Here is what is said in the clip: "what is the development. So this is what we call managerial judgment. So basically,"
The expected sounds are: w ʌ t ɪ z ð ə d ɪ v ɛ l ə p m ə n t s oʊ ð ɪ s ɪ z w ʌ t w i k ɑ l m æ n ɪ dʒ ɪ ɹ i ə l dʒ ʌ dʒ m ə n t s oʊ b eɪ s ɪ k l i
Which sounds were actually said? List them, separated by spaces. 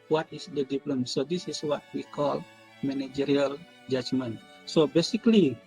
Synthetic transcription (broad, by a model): w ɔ t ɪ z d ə d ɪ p l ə m s oʊ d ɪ s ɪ s w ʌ t w i k ɑ l m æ n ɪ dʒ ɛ ɹ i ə l dʒ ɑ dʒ m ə n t s oʊ b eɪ s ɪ k l i